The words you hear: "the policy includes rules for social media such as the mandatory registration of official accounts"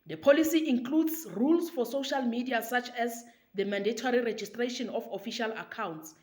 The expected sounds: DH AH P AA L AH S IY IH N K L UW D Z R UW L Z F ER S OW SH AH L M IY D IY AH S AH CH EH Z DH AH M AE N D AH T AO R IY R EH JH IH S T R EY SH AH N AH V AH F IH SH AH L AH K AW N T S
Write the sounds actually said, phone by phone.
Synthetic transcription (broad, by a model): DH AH P AA L AH S IY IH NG K L UW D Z R UW L S F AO S OW SH AH L M IY D IY AH S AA CH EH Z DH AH M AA N D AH T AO R IY R EH JH IH S T R EY SH AH N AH F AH F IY SH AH L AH K AW N T S